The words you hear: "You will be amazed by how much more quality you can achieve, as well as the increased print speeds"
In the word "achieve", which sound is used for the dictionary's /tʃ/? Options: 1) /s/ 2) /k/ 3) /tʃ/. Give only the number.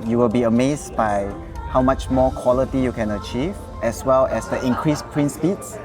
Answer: 3